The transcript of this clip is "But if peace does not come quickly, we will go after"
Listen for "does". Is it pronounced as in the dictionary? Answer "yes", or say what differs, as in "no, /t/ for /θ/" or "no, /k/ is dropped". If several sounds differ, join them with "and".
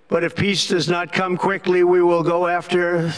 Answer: yes